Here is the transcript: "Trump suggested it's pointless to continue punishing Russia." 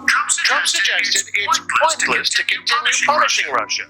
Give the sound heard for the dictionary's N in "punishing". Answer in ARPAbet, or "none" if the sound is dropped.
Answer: L